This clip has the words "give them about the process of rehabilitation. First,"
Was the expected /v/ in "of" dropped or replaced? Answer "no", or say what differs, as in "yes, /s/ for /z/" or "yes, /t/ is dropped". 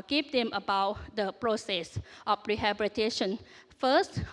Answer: yes, /f/ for /v/